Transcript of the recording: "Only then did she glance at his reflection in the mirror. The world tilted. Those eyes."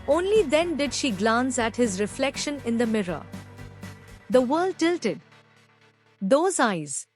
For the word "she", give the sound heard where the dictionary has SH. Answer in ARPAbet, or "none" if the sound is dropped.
SH